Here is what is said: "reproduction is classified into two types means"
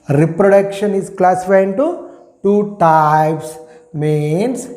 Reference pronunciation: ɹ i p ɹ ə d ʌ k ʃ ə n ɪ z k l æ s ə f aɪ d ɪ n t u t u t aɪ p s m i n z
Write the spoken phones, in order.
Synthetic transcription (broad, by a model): ɹ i p ɹ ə d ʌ k ʃ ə n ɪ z k l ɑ s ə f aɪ ɪ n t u t u t aɪ p s m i n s